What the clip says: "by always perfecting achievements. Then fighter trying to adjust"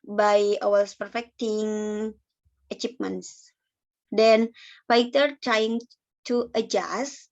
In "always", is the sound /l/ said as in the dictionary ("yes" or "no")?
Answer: no